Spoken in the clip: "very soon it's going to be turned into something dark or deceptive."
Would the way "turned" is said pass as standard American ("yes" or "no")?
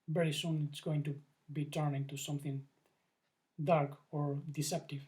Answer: no